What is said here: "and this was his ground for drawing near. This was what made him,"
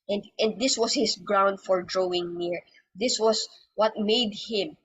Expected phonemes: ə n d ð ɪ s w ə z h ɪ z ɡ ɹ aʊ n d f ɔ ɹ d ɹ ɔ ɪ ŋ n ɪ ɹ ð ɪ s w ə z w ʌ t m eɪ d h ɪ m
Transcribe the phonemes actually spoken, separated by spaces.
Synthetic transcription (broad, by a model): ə n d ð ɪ s w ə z h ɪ s ɡ ɹ aʊ n d f ɔ ɹ d ɹ ɔ ɪ ŋ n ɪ ɹ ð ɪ s w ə s w ʌ t m eɪ d h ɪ m